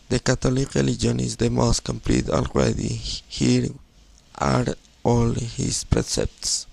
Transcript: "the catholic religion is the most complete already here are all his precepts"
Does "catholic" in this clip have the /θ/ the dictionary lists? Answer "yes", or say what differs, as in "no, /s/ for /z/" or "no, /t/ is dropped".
no, /t/ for /θ/